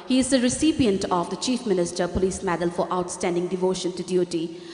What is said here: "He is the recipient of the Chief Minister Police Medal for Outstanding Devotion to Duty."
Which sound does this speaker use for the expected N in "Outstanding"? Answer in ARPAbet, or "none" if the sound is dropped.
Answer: N